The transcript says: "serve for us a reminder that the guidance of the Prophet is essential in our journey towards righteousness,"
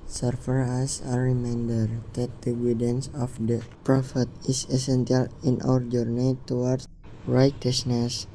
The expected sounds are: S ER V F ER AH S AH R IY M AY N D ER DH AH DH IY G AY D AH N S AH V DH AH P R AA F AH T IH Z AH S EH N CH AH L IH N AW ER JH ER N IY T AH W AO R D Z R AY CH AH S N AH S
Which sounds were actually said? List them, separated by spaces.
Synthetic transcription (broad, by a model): S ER F ER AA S AH R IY M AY N D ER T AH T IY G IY D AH N S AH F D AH P R AA F AH T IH S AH S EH N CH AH L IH N AW ER JH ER N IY T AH W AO R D R AY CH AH S N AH S